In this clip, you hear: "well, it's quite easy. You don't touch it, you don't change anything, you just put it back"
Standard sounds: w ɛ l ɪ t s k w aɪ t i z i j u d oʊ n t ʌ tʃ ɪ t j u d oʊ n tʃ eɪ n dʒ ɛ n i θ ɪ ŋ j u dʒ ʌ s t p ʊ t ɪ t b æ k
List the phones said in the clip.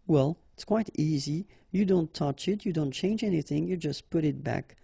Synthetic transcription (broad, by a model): w ɛ l ɪ t s k w aɪ t i z i j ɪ d oʊ n t ʌ tʃ ɪ t j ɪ d oʊ n tʃ eɪ n dʒ ɛ n i θ ɪ ŋ j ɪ dʒ ʌ s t p ʊ t ɪ t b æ k